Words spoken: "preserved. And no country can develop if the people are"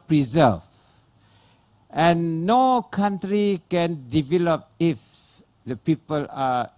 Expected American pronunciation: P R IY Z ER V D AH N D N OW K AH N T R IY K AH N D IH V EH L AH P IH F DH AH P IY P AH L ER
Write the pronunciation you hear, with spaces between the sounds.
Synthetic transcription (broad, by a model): P R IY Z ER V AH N N OW K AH N T R IY K AH N D IH V EH L AH P IH F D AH P IY P AH L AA